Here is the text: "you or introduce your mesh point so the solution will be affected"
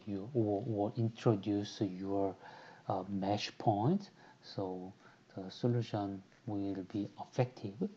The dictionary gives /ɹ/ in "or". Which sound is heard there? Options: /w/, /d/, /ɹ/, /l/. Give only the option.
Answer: /l/